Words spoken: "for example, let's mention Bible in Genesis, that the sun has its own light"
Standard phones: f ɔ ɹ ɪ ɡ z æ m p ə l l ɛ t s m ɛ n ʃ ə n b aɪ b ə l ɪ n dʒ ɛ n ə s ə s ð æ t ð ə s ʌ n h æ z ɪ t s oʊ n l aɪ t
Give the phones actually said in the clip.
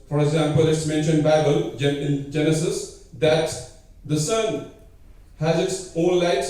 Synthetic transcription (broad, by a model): f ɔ ɹ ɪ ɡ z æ m p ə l l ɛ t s m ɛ n ʃ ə n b aɪ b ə l ɪ n dʒ ɛ n ə s ə s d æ t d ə s ʌ n h æ z ɪ t s oʊ l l aɪ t